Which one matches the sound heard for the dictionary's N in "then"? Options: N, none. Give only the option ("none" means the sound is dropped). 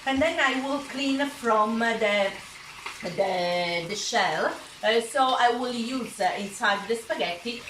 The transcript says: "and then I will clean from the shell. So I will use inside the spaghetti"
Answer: N